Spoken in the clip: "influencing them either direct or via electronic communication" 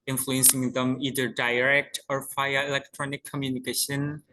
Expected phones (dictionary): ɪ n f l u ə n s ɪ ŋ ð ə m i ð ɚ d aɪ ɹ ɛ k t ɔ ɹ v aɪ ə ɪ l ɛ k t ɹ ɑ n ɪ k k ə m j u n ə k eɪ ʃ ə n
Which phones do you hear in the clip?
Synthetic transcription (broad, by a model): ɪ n f l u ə n s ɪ ŋ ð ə m i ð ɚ d aɪ ɹ ɛ k t ɔ ɹ f aɪ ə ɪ l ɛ k t ɹ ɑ n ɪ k k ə m j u n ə k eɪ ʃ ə n